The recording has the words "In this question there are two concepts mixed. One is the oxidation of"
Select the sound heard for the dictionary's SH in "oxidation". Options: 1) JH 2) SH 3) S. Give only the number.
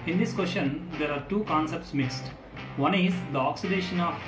2